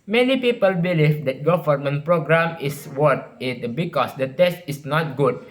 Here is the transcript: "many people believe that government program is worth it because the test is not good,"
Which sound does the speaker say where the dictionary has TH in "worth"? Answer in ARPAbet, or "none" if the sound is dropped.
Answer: T